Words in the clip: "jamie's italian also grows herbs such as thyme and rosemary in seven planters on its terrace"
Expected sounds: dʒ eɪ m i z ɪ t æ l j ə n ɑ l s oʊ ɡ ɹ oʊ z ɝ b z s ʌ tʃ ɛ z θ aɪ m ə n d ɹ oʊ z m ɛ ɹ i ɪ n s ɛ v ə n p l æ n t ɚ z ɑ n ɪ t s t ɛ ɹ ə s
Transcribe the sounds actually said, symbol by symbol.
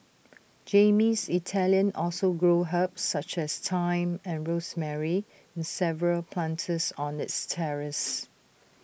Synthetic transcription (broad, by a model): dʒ eɪ m i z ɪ t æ l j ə n ɑ l s oʊ ɡ ɹ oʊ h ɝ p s s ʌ tʃ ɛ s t aɪ m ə n ɹ oʊ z m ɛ ɹ i ɪ n s ɛ v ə l p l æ n t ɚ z ɑ n ɪ t s t ɛ ɹ ə s